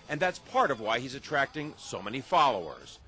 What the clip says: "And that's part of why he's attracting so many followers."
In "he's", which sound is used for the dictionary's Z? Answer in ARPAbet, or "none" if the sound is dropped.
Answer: Z